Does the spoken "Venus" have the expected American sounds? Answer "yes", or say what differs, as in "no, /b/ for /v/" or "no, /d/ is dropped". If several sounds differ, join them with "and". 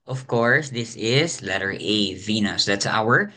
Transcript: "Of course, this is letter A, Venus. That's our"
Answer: yes